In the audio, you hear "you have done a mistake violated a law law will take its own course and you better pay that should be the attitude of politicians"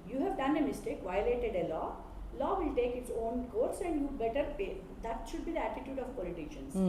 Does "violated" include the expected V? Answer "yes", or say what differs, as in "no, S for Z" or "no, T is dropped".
yes